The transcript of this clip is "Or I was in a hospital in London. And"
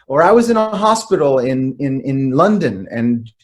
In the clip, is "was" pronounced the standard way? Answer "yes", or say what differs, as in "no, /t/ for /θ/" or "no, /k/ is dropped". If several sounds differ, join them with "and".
yes